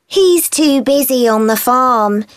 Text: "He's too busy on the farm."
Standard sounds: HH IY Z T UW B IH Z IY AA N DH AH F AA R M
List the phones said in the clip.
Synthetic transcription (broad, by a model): HH IY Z T UW B IH Z IY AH N DH AH F AA M